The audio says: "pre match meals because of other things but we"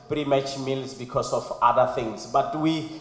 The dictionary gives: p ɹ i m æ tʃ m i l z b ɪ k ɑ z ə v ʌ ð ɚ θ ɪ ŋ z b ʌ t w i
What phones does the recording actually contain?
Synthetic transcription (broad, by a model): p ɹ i m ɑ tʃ m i l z b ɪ k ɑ s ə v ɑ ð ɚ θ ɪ ŋ s b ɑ t w i